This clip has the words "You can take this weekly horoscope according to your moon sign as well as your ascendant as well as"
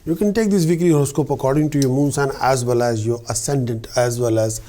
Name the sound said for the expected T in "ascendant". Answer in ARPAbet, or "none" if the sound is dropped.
T